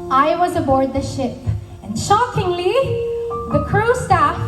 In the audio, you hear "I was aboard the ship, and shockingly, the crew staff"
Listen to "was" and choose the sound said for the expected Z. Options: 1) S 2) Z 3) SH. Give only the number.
2